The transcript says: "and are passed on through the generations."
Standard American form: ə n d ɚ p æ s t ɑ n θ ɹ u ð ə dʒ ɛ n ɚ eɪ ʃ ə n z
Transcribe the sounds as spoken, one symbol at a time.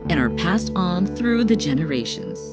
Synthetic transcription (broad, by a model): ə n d ɚ p æ s t n θ ɹ u ð ə dʒ ɛ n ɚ eɪ ʃ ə n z